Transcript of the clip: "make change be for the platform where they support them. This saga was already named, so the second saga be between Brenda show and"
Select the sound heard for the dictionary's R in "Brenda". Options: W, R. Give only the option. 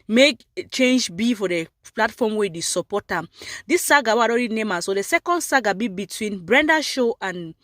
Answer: R